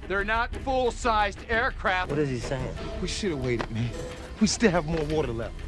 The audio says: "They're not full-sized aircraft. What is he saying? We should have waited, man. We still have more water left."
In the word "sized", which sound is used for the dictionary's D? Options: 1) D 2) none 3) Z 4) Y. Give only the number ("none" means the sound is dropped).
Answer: 1